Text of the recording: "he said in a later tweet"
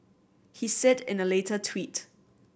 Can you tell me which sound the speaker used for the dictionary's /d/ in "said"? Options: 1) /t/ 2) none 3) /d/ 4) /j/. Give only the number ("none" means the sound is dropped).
3